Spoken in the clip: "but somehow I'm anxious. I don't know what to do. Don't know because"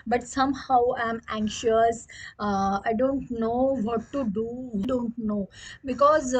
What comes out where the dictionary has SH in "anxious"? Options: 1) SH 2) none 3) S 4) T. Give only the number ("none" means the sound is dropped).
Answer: 1